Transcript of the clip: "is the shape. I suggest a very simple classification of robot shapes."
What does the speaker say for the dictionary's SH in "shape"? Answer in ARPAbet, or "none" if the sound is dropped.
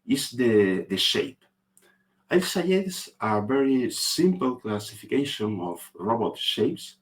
SH